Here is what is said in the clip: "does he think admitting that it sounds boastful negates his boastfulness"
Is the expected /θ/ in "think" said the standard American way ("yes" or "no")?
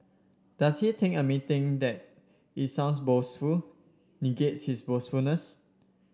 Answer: no